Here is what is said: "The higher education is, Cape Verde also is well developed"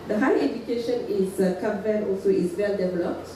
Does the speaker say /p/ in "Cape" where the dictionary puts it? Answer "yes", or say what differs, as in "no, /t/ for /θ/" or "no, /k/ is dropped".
no, /b/ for /p/